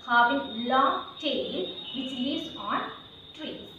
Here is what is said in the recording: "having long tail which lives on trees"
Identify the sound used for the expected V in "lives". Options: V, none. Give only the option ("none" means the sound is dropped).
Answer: none